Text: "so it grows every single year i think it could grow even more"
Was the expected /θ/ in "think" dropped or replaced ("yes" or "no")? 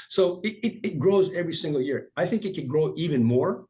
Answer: no